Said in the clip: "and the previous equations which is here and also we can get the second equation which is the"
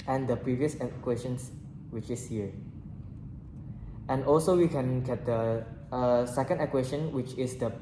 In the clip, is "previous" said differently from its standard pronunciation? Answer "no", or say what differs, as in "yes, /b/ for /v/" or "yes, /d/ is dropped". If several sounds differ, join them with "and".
no